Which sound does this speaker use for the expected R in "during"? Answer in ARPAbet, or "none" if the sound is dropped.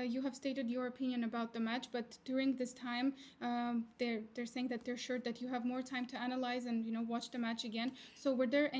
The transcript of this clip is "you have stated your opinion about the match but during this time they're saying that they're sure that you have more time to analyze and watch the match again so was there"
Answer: R